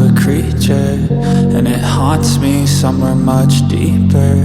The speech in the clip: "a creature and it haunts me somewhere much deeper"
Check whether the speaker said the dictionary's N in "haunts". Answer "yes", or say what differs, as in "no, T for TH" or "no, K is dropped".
no, N is dropped